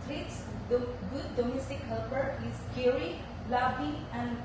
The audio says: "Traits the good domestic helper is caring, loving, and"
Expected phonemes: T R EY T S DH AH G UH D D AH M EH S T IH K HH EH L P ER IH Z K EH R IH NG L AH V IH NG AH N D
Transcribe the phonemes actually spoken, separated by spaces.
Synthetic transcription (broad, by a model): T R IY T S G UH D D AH M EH S T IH K HH EH L P ER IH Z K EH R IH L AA B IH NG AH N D